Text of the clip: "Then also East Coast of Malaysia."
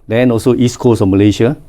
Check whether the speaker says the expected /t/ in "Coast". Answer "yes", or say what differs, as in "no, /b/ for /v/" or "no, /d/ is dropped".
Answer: no, /t/ is dropped